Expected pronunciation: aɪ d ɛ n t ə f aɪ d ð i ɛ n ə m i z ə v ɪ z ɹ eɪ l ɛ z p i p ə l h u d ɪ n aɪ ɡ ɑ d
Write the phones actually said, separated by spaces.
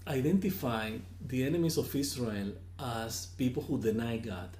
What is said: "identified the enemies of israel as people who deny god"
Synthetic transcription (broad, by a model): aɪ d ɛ n t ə f aɪ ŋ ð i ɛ n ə m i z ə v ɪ s ɹ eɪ l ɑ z p i p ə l h u d ɪ n aɪ ɡ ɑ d